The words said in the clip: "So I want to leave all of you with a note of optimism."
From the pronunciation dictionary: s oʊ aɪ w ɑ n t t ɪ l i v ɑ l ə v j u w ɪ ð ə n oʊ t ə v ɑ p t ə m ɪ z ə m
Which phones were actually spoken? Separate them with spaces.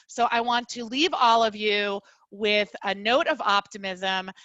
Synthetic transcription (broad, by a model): s oʊ aɪ w ɑ n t t ɪ l i v ɑ l ə v j u w ɪ ð ə n oʊ t ə v ɑ p t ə m ɪ z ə m